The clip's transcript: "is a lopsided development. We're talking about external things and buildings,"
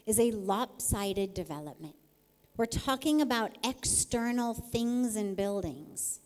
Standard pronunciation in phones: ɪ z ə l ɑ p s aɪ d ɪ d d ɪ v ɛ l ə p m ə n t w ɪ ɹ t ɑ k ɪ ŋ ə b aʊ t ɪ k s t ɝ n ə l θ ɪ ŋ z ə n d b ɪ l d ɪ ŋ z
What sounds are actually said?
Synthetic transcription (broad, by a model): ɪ z ə l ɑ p s aɪ d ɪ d d ɪ v ɛ l ə p m ə n t w ɪ ɹ t ɑ k ɪ ŋ ə b aʊ t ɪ k s t ɝ n l θ ɪ ŋ z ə n b ɪ l d ɪ ŋ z